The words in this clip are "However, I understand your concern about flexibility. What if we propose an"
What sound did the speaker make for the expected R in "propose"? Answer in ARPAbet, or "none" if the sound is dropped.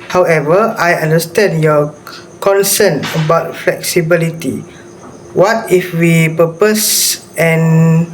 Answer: none